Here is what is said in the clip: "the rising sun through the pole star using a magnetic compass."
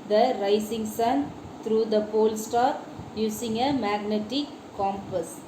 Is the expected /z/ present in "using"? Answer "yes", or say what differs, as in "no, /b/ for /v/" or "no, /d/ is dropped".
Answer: no, /s/ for /z/